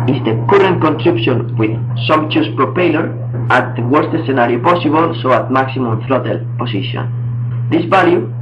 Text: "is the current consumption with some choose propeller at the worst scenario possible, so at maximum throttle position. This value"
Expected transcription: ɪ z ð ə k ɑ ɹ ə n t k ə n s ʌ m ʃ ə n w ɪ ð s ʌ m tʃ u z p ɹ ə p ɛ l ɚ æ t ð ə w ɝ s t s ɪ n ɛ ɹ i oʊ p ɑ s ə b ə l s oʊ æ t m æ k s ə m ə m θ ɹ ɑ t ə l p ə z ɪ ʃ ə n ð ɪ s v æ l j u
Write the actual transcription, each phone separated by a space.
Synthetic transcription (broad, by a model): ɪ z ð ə k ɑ ɹ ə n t k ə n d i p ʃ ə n w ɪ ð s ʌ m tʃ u s p ɹ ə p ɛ l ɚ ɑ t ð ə w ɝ s t s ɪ n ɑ ɹ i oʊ p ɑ s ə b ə l s oʊ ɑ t m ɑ k s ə m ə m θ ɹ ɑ t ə l p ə s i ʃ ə n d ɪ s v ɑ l j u